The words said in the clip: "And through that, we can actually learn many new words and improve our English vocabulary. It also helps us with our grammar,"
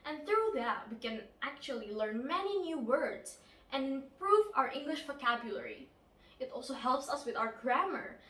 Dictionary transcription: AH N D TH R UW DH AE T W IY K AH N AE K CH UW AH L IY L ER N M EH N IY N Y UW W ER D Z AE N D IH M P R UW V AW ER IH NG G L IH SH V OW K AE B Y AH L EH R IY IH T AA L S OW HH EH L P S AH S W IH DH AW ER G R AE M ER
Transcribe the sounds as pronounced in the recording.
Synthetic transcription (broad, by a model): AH N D TH R UW DH AE T W IY K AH N AE K CH UW AH L IY L ER N M EH N IY N Y UW W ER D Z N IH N P R UW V AW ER IH NG G L IH SH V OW K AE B Y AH L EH R IY IH T AA L S OW HH EH L P S AH S W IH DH AW ER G R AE M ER